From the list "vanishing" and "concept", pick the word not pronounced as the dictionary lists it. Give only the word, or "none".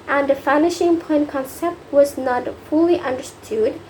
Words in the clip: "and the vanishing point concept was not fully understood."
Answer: vanishing